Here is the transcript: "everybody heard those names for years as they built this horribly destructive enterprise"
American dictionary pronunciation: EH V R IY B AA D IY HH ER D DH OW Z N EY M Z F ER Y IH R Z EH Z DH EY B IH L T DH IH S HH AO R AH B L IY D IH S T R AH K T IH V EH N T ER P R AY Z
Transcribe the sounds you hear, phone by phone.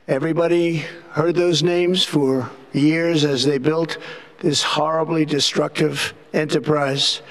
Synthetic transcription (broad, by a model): EH V R IY B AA D IY HH ER D DH OW Z N EY M Z F ER Y IH R Z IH Z DH EY B IH L T DH IH S HH AO R AH B L IY D IH S T R AH K T IH V EH N T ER P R AY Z